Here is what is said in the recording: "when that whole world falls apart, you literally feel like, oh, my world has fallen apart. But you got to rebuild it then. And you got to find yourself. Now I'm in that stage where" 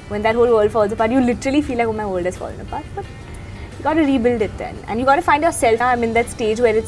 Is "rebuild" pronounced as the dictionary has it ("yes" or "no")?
yes